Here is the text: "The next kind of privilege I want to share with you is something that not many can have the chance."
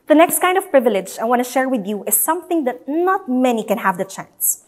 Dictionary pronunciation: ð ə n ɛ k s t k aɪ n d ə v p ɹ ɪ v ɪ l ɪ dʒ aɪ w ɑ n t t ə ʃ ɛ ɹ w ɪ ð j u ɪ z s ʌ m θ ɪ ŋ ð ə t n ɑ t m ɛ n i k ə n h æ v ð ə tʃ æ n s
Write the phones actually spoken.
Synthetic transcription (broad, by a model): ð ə n ɛ k s t k aɪ n d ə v p ɹ ɪ v ɪ l ɪ dʒ aɪ w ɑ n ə ʃ ɛ ɹ w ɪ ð j u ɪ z s ʌ m θ ɪ ŋ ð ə t n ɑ t m ɛ n i k ə n h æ v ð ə tʃ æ n s